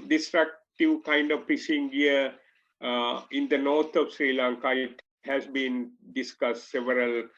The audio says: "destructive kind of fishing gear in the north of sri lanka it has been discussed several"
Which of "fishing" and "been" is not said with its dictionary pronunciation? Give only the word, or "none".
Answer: fishing